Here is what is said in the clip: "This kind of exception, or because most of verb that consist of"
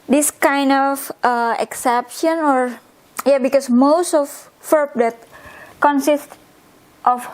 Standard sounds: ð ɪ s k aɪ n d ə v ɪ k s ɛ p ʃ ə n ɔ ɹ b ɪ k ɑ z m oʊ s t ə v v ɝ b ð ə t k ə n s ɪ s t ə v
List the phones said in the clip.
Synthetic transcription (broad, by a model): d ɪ s k aɪ n d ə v ɪ k s ɛ p ʃ ə n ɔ ɹ b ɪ k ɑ s m oʊ s t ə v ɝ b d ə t k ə n s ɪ s t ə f